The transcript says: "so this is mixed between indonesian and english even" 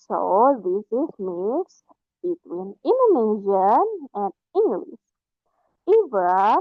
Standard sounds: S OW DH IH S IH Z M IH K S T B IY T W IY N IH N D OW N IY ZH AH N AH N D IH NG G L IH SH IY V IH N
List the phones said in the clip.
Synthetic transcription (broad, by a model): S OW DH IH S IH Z M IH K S B IY T W IY N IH N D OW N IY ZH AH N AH N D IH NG G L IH S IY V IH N